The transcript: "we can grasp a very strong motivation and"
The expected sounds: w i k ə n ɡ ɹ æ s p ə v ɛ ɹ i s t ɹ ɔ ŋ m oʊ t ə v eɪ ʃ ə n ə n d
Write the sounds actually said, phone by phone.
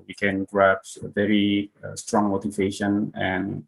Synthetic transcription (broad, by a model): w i k ə n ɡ ɹ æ p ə v ɛ ɹ i s t ɹ ɔ ŋ m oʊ t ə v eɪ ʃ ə n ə n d